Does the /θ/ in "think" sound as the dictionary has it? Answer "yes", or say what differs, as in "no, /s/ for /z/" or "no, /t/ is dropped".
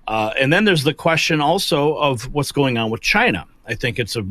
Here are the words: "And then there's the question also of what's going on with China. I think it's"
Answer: yes